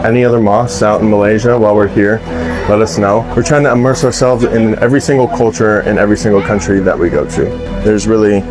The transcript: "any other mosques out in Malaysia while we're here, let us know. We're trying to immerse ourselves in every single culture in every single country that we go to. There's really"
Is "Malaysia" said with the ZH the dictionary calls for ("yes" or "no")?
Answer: yes